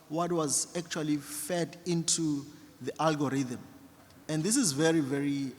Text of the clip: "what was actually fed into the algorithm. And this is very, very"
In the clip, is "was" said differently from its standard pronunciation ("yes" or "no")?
no